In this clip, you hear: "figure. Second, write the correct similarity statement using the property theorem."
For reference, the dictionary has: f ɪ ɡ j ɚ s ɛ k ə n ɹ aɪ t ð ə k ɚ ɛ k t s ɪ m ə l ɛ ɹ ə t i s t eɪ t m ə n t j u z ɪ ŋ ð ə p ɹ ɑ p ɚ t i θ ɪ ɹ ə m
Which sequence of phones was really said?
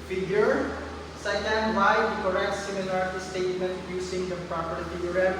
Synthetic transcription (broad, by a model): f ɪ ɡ j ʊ s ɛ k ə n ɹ aɪ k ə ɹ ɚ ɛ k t s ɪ m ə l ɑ ɹ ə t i s t eɪ t m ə n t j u s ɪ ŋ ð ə p ɹ ɑ p ɚ t i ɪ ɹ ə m